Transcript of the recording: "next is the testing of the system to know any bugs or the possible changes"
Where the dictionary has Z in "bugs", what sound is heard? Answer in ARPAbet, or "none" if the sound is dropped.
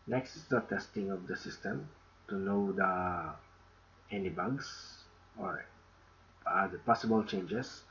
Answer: S